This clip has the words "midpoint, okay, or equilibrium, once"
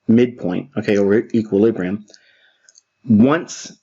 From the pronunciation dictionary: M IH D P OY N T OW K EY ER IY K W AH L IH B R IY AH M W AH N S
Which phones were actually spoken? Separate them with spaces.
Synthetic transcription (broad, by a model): M IH D P OY N T OW K EY ER IY K W AH L IH B R IY AH M W AH N S